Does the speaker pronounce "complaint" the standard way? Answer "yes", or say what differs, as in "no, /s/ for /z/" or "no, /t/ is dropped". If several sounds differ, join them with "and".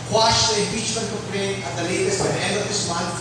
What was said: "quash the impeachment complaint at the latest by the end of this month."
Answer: no, /m/ is dropped and /t/ is dropped